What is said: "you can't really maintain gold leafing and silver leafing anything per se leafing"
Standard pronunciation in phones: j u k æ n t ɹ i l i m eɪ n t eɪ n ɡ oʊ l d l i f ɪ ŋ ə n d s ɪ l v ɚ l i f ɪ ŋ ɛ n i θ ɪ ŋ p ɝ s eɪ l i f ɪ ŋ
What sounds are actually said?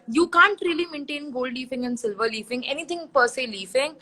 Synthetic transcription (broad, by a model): j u k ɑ n t ɹ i l i m eɪ n t eɪ n ɡ oʊ l d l i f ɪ ŋ ə n d s ɪ l v ɚ l i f ɪ ŋ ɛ n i t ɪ ŋ p ɝ s eɪ l i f ɪ ŋ